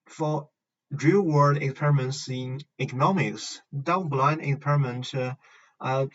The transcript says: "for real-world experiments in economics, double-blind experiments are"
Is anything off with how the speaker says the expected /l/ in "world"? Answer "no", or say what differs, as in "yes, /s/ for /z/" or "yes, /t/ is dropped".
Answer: yes, /l/ is dropped